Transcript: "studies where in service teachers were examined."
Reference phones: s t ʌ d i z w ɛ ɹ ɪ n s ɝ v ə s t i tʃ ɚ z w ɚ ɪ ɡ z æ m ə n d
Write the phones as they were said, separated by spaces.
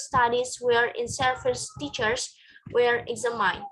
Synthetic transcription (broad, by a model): s t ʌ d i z w ɛ ɹ ɪ n s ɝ f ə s t i tʃ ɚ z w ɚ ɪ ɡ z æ m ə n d